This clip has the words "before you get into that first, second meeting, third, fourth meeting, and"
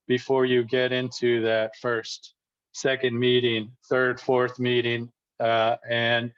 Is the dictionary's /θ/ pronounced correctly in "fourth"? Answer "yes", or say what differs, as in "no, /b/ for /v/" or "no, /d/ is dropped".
yes